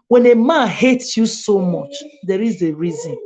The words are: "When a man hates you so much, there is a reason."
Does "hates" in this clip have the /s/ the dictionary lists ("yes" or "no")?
yes